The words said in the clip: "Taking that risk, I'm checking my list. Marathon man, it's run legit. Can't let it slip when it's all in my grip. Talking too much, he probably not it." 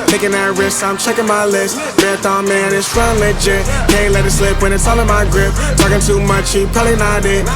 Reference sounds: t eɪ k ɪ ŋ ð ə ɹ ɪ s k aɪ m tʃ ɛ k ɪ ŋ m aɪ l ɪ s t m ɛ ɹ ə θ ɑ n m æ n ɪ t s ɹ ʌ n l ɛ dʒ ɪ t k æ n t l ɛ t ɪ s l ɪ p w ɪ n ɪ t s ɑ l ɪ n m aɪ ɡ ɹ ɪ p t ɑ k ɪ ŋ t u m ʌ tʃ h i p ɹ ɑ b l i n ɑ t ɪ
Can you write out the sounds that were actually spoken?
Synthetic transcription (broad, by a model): t eɪ k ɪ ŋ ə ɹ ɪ s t aɪ m tʃ ɛ k ɪ ŋ m aɪ l ɪ s t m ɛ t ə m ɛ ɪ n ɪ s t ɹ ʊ n l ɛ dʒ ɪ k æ n l ɛ t ɪ s l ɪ p w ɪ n ɪ t s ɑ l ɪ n m aɪ ɡ ɹ ɪ p t ɑ k ɪ ŋ t u m ʌ tʃ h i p ɛ l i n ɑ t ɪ